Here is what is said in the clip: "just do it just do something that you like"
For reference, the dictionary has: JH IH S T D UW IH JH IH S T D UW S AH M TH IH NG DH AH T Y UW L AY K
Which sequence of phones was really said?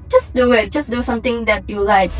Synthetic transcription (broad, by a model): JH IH S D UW IH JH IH S D UW S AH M T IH NG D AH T Y UW L AY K